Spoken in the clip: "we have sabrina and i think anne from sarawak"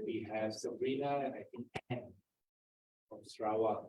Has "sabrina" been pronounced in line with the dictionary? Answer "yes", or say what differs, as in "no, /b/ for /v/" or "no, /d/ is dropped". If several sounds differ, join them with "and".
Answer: no, /b/ is dropped